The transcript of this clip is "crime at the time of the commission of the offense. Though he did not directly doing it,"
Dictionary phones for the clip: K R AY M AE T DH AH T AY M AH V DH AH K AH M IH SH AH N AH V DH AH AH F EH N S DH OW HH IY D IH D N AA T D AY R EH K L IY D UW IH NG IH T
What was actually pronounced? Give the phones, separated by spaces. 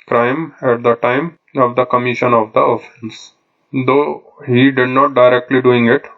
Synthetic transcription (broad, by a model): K R AY M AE T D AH T AY M AH V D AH K AH M IH SH AH N AH V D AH AH F EH N S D OW HH IY D IH D N AA T D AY R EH K L IY D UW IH NG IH T